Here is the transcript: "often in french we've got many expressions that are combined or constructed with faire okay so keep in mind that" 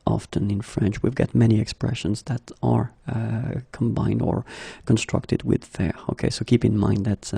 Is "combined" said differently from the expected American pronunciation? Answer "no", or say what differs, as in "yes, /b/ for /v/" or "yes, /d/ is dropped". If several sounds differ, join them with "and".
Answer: no